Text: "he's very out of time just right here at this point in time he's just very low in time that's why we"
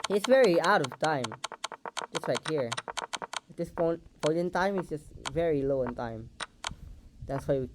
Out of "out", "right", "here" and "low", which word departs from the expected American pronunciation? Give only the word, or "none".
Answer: right